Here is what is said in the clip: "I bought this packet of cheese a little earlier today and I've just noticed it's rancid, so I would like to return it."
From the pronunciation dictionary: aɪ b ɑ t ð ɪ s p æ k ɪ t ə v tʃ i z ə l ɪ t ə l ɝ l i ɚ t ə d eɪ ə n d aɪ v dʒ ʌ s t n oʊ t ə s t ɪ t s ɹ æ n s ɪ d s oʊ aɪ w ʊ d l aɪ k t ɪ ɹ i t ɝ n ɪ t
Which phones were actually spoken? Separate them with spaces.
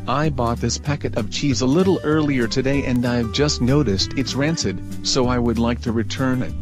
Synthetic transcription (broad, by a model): aɪ b ɑ t ð ɪ s p æ k ɪ t ə v tʃ i z ə l ɪ t l ɝ l i ɚ t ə d eɪ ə n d aɪ v dʒ ʌ s t n oʊ t ə s t ɪ t s ɹ æ n s ɪ d s oʊ aɪ w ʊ d l aɪ k t ɪ ɹ i t ɝ n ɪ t